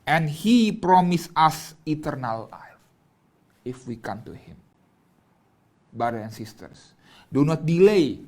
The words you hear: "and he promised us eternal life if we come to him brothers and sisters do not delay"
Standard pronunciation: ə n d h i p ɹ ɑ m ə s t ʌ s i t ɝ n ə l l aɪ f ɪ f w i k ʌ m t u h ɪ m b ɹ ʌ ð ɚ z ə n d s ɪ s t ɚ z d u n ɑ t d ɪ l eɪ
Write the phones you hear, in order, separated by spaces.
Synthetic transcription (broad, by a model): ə n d h i p ɹ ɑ m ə s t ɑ s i t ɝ n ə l l aɪ f ɪ f w i k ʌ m t u h ɪ m b ɹ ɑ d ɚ ə n s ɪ s t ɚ s d u n ɑ t d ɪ l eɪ